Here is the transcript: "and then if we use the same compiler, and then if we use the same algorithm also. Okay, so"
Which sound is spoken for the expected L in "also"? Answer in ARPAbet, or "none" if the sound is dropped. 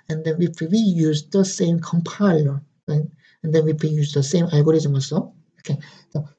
none